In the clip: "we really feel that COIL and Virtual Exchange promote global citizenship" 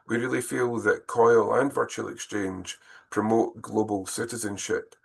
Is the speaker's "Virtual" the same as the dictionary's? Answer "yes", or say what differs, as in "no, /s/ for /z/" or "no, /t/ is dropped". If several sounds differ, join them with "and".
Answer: yes